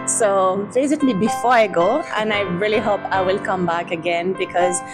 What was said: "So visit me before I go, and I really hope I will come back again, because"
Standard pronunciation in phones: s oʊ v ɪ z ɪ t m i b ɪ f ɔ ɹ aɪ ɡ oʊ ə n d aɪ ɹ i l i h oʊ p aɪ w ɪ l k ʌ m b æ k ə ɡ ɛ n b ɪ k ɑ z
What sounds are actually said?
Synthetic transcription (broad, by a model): s oʊ b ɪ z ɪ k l i b ɪ f ɔ ɹ aɪ ɡ oʊ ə n aɪ ɹ i l i h oʊ p aɪ w ɪ l k ʌ m b æ k ə ɡ ɛ n b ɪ k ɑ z